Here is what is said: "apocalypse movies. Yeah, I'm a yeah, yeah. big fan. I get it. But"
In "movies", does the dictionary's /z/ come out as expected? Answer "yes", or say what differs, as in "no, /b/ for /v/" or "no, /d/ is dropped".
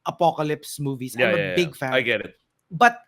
no, /s/ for /z/